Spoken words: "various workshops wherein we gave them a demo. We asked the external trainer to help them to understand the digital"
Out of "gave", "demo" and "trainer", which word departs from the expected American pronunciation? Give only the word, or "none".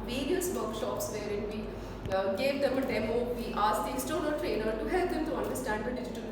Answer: trainer